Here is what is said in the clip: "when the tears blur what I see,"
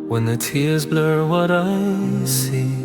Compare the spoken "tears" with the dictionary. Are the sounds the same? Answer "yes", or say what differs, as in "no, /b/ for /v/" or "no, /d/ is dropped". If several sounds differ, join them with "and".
yes